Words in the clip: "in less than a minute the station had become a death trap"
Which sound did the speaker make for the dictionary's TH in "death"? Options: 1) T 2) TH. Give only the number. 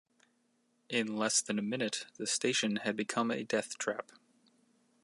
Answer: 2